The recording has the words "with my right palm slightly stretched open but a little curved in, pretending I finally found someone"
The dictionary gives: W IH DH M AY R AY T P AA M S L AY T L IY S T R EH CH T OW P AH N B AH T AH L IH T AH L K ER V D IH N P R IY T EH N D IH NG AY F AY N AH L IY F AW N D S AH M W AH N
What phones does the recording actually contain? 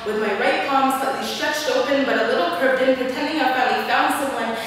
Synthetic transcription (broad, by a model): W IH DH M AY R AY T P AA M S AY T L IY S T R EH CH T OW P AH N B AH T AH L IH T L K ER D IH N P R IY T EH N D IH NG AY P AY AH IY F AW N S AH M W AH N